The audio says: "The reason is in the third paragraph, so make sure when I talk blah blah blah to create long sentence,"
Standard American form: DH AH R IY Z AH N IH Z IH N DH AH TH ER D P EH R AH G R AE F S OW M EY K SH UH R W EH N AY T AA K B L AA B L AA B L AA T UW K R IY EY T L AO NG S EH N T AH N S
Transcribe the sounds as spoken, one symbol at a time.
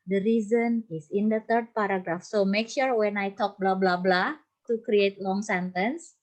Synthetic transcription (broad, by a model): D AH R IY Z AH N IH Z IH N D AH T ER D P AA R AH G R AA F S OW M EY K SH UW R W EH N AY T AA K B L AA B L AA B L AA T UW K R IY EY T L AO NG S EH N T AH N S